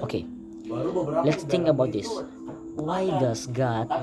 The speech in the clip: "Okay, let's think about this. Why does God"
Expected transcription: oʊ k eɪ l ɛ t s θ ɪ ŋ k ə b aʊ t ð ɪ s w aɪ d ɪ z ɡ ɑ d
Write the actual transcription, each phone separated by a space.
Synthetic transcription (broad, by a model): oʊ k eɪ l ɛ t s t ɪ ŋ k ə b aʊ t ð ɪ s w aɪ d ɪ s ɡ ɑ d